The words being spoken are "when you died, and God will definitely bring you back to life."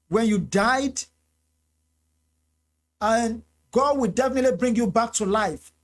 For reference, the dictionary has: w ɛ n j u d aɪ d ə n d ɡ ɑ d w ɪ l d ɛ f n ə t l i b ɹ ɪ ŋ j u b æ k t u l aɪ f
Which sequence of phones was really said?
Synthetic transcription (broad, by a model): w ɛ n j u d aɪ d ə n ɡ ɑ d w ɪ l d ɛ f n ə t l i b ɹ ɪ ŋ j u b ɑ k t u l aɪ f